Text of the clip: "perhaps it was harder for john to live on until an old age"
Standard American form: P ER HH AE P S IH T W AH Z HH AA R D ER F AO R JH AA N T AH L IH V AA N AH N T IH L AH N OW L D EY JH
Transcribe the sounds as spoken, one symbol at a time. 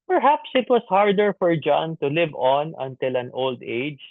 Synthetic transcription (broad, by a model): P ER HH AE P S IH T W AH S HH AA R D ER F AO R JH AA N T AH L IH V AA N AH N T IH L AH N OW L D EY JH